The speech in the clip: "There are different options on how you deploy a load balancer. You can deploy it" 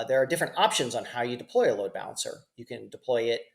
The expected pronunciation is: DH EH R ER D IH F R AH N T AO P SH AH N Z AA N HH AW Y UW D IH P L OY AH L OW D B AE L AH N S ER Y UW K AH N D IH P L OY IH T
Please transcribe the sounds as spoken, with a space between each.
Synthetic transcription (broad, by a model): DH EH R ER D IH F R AH N T AO P SH AH N Z N HH AW Y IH D IH P L OY AH L OW D B AE L AH N S ER Y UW K AH N D IH P L OY IH T